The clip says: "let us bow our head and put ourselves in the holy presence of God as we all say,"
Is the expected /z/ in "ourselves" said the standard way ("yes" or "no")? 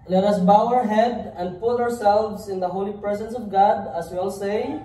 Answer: no